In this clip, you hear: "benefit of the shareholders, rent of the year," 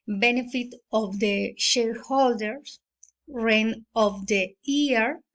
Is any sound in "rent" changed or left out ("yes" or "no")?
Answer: yes